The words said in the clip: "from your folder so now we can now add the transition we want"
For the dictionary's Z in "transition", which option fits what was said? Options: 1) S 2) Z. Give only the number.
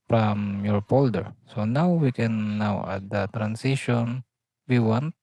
1